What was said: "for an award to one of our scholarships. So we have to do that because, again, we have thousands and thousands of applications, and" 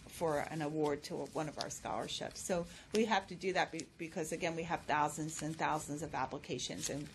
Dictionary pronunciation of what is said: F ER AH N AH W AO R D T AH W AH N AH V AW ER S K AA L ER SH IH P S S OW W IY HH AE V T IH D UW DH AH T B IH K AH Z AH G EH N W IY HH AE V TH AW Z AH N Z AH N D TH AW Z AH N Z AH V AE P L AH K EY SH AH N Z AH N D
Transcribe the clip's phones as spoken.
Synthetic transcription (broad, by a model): F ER AH N AH W AO R D T AH W AH N AH V AW ER S K AA L ER SH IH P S S OW W IY HH AE F T IH D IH DH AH T B IH K AH Z AH G EH N W IY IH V TH AW Z AH N Z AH N TH AW Z AH N Z AH V AE P L AH K EY SH AH N Z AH N